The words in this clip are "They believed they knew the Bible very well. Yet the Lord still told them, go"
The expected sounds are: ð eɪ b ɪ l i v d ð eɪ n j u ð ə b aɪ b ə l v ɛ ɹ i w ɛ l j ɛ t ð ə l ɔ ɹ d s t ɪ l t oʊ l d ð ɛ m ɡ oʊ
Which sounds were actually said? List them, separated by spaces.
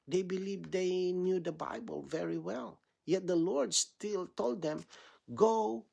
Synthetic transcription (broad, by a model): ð eɪ b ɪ l i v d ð eɪ n j u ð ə b aɪ b ə l v ɛ ɹ i w ɛ l j ɛ t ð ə l ɔ ɹ d s t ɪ l t oʊ l d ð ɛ m ɡ oʊ